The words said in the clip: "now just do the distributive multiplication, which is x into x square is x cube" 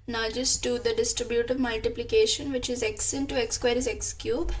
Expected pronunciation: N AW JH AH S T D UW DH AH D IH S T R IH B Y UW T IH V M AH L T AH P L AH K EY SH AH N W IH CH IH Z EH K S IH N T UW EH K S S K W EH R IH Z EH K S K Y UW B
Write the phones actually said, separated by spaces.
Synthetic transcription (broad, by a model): N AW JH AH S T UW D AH D IH S T R IH B Y UW T IH V M AH L T AH P L AH K EY SH AH N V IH CH IH Z EH K S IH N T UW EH K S S K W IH R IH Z EH K S K Y UW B